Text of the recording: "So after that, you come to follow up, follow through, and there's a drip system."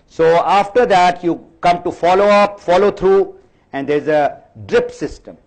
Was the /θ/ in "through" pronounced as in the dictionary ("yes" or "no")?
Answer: no